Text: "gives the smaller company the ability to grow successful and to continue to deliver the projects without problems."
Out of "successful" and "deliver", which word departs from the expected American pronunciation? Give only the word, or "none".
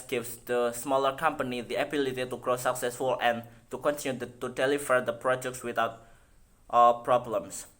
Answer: deliver